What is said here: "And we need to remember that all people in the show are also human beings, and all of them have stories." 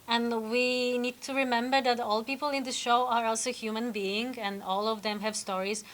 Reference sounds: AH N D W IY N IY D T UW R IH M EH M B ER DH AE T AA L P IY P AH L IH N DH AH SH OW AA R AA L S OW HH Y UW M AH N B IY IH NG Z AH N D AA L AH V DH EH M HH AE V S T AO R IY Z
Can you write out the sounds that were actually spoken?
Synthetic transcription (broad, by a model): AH N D W IY N IY D T UW R IH M EH M B ER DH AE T AA L P IY P AH L IH N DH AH SH OW AA R AA L S OW HH Y UW M AH N B IY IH NG AH N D AA L AH V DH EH M HH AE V S T AO R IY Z